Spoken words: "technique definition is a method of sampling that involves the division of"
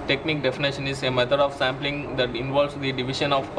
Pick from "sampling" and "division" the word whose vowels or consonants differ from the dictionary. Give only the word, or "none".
division